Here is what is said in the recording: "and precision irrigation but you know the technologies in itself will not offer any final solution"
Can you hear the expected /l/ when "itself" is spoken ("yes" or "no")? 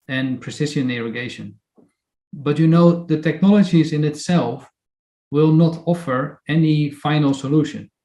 yes